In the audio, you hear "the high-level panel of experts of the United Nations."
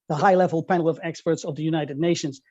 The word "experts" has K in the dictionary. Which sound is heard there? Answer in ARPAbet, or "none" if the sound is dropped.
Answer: K